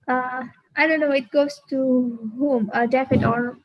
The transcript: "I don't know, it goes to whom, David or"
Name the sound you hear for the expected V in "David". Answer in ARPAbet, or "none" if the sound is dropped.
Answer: F